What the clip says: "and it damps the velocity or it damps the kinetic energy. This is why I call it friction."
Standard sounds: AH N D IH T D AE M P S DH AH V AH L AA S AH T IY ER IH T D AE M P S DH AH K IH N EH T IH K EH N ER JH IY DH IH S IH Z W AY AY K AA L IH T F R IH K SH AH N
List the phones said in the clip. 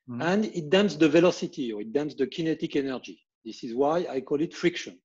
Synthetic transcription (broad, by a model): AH N D IH T D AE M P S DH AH V AH L AA S AH T IY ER IH T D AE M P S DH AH K IH N EH T IH K EH N ER JH IY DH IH S IH Z W AY AY K AA L IH T F R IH K SH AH N